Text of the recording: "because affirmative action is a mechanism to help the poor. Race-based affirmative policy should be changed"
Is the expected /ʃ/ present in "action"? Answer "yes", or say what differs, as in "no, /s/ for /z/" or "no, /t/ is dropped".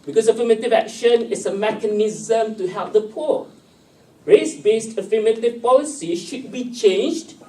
yes